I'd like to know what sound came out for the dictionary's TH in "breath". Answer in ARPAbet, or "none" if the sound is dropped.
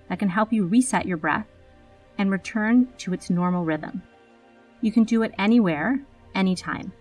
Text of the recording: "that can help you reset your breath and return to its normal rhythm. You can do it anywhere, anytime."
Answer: TH